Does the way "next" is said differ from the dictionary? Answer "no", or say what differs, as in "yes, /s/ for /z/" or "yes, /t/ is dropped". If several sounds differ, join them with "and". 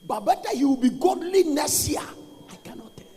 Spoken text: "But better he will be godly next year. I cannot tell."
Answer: yes, /k/ is dropped